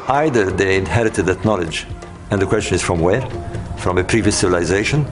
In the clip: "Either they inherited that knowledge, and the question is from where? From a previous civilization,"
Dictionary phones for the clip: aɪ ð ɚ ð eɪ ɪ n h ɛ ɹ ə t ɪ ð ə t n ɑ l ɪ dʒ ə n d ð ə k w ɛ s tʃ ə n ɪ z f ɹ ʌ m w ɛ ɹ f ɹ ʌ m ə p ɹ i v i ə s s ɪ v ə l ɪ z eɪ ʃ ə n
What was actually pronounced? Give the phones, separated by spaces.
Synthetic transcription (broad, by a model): aɪ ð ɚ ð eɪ ɪ n h ɛ ɹ ə t ɪ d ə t n ɑ l ɪ dʒ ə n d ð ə k w ɛ s tʃ ə n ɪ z f ɹ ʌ m w ɛ ɹ f ɹ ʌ m ə p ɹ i v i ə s s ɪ v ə l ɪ z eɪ ʃ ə n